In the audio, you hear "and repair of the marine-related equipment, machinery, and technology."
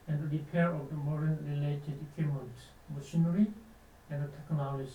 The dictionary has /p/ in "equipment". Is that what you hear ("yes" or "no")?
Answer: no